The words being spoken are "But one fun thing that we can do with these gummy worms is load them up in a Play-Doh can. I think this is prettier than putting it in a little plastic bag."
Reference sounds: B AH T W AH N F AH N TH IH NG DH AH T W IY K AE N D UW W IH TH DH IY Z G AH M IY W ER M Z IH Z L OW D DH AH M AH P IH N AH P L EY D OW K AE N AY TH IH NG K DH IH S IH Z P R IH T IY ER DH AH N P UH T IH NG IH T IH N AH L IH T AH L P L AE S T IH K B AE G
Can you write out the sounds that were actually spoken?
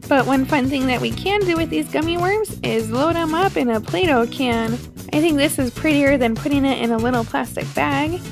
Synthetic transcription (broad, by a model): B AH T W AH N F AH N TH IH NG DH AH T W IY K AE N D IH W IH DH IY Z G AH M IY W ER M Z IH Z L OW D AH M AH P IH N AH P L EY D OW K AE N AY TH IH NG K DH IH S IH Z P R IH T IY ER DH AH N P UH T IH NG IH T IH N AH L IH T L P L AE S T IH K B AE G